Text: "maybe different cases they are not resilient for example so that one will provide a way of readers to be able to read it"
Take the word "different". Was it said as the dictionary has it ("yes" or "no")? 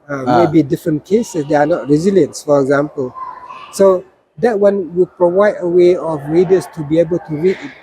yes